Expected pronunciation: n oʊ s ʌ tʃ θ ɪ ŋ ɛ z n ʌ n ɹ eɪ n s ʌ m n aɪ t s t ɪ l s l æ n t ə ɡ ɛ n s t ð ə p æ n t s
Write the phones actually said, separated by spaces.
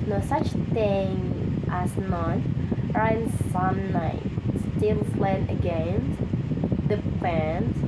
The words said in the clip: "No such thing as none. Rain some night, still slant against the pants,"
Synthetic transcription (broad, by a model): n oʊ s ʌ tʃ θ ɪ ŋ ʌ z n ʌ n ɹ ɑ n s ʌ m n aɪ t s t ɪ l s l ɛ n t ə ɡ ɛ n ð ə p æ n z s